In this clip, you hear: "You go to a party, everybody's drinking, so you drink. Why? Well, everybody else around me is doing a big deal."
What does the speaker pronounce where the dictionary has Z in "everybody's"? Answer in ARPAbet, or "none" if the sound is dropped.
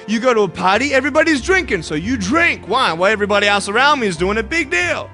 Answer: Z